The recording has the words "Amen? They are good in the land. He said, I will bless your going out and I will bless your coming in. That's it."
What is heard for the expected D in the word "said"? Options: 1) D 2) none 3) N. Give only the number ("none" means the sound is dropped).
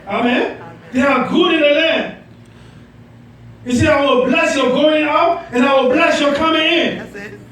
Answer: 2